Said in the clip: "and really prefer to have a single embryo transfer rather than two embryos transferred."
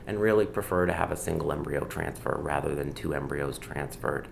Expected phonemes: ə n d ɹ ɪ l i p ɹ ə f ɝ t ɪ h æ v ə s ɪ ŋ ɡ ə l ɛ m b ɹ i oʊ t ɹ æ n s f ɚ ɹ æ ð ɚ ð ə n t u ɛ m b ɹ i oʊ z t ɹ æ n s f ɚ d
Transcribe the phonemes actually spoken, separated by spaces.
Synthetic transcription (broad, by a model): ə n ɹ ɪ l i p ɹ ə f ɝ t ɪ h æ v ə s ɪ ŋ ɡ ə l ɛ m b ɹ i oʊ t ɹ æ n s f ɚ ɹ æ ð ɚ ð ə n t u ɛ m b ɹ i oʊ z t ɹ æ n s f ɚ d